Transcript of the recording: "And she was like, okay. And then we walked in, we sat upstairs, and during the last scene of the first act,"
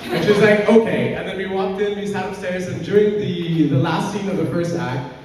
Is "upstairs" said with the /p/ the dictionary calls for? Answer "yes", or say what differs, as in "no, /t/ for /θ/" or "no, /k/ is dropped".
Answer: no, /p/ is dropped